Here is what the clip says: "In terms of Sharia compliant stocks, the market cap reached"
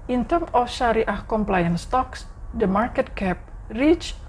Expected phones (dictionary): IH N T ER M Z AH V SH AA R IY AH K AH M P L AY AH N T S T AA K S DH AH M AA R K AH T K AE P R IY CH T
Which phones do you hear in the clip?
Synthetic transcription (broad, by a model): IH N T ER M AH F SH AA R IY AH K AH M P L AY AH N S T AA K S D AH M AA R K AH T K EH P R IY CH